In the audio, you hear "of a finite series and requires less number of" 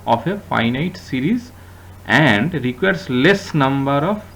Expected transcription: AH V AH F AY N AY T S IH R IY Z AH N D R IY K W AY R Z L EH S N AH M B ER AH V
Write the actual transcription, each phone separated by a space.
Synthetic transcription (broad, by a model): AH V AH F AY N AY T S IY R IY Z AH N D R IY K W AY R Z L EH S N AH M B ER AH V